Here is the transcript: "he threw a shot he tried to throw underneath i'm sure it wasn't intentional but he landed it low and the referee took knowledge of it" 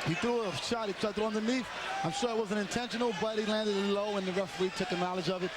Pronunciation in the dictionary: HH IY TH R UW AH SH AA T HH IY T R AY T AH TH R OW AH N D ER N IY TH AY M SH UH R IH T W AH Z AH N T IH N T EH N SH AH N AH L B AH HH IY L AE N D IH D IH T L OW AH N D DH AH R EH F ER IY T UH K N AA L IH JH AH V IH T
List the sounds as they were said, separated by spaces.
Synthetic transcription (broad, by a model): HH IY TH UW AH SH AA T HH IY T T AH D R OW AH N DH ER N IY F AY M SH UH R IH T W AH Z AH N IH N T EH N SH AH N L B AH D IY L AE N D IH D IH T L OW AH N DH AH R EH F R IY T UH K N AA L IH JH AH V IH T